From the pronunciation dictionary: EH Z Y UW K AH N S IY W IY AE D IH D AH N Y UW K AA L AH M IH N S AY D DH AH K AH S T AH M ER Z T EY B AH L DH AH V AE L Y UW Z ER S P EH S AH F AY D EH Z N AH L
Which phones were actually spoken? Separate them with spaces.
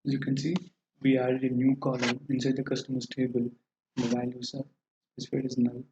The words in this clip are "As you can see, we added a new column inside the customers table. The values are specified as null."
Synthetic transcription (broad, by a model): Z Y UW K AH N S IY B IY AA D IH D AH N Y UW K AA L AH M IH N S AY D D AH K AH S T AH M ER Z T EY B AH L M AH B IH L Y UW S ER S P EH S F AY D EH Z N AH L